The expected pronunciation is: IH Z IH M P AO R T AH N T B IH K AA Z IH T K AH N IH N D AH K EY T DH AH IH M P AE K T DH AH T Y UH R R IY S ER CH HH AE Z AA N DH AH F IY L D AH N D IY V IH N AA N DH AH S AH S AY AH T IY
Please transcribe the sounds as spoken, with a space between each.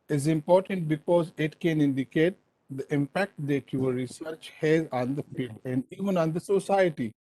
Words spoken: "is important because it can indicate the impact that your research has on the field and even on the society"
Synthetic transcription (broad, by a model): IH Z IH M P AO R T AH N T B IH K AA Z IH T K AH N IH N D AH K EY T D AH IH M P AE K T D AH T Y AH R R IY S ER CH HH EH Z AA N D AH F IY L D AH N D IY V IH N AA N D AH S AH S AY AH T IY